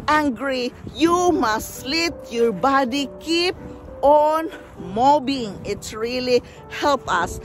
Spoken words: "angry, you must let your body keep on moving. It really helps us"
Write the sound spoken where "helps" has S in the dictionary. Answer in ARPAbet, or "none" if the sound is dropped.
none